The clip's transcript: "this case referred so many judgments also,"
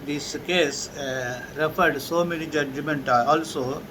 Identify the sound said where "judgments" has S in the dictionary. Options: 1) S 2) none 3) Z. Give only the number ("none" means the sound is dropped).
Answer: 2